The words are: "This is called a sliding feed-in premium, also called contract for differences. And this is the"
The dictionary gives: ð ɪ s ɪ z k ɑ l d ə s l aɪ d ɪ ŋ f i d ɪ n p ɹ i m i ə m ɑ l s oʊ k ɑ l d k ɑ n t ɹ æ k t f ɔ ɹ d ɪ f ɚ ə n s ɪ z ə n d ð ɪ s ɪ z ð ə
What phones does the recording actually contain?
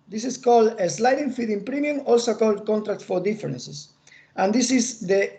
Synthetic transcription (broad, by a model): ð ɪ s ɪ s k ɑ l d ə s l aɪ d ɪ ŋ f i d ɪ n p ɹ i m i ə m ɑ l s oʊ k ɑ l d k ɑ n t ɹ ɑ k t f ɔ ɹ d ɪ f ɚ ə n s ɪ s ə n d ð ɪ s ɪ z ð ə